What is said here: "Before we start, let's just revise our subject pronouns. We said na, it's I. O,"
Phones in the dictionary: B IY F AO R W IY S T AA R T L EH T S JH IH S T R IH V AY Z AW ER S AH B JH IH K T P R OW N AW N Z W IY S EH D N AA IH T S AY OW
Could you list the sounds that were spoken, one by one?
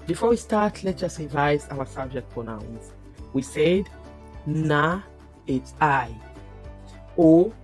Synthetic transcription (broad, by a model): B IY F AO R W IY S T AA R T L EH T JH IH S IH V AY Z AW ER S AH B JH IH K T P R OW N AW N S W IY S EH D N AA IH T S AY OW